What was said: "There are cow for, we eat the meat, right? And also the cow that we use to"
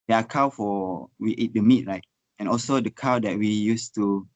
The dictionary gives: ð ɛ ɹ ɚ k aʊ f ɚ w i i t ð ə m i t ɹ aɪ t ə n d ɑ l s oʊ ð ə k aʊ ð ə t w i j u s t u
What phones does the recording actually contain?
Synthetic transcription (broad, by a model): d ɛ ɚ k aʊ f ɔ w i i t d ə m i t ɹ aɪ t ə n ɑ l s oʊ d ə k aʊ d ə t w i j u s t u